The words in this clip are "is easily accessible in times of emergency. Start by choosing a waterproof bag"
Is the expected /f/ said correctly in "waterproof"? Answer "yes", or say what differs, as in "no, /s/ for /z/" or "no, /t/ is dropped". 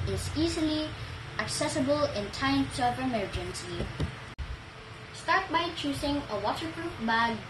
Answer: no, /p/ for /f/